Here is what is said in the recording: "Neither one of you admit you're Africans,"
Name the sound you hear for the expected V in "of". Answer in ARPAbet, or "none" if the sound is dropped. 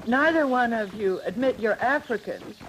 V